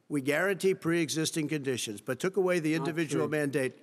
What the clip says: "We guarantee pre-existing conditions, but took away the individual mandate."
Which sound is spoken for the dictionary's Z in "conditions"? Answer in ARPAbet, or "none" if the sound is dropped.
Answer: Z